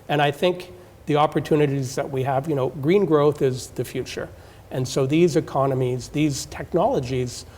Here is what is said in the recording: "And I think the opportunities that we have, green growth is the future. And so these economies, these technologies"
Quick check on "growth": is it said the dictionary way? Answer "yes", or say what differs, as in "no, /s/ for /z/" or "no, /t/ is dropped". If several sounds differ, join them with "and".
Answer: yes